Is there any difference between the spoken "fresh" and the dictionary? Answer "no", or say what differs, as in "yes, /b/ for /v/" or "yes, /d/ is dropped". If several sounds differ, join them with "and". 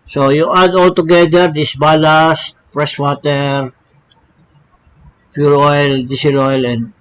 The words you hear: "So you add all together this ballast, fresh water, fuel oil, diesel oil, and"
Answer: yes, /p/ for /f/ and /s/ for /ʃ/